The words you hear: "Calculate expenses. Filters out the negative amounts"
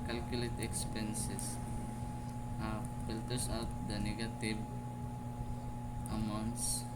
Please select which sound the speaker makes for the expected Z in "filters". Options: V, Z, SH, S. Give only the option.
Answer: S